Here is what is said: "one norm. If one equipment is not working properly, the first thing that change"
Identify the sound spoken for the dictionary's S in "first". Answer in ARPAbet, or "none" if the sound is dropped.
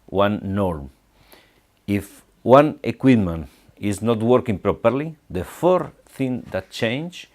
none